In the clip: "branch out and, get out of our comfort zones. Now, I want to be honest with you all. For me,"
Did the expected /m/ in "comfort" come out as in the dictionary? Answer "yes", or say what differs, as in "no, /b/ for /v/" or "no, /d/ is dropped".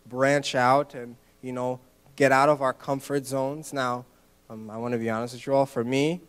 yes